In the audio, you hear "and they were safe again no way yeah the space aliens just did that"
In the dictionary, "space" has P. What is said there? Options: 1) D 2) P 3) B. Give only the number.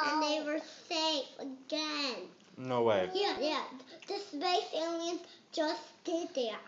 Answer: 3